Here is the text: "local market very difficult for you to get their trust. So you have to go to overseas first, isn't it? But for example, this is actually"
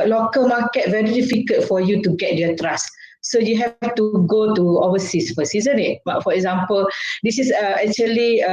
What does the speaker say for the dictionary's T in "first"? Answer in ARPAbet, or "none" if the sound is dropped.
none